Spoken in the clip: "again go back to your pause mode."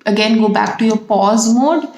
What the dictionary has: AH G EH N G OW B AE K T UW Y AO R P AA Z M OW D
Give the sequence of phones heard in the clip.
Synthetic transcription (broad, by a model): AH G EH N G OW B AE K T UW Y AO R P AA Z M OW D